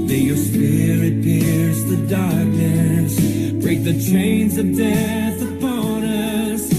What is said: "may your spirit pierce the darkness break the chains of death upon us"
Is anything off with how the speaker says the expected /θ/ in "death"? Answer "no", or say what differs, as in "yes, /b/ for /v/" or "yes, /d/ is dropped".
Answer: no